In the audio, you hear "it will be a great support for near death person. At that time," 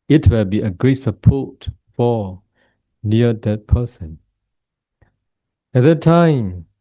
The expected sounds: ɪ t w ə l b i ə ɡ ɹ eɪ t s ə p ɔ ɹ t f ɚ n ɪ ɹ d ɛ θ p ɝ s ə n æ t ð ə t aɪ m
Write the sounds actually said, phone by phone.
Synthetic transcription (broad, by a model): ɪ t w ə l b i ə ɡ ɹ eɪ t s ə p ɔ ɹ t f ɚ n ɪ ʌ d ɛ t p ɝ s ə n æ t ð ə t aɪ m